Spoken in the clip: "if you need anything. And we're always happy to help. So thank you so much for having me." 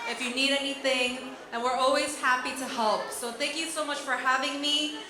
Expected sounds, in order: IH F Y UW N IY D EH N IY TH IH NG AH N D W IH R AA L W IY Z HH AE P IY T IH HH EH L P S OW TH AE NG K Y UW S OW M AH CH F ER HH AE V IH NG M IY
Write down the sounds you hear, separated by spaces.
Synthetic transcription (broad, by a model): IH F Y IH N IY D EH N IY TH IH NG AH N W IH R AA L W IY Z HH AE P IY T IH HH EH L P S OW TH AE NG K Y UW S OW M AH CH F ER HH AE V IH NG M IY